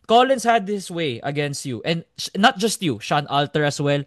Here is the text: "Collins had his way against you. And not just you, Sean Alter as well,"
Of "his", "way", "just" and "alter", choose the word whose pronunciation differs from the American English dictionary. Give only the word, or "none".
his